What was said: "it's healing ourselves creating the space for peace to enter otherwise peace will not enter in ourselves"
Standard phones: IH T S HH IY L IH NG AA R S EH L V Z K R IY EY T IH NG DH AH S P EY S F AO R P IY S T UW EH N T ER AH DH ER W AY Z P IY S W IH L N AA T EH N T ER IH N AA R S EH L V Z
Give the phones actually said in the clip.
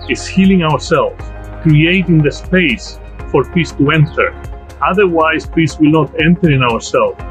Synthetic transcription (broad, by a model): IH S HH IY L IH NG AA R S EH L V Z K R IY EY T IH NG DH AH S P EY S F AO R P IY S T UW EH N T ER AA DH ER W AY S P IY S W IH L N AA T EH N T ER IH N AA R S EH L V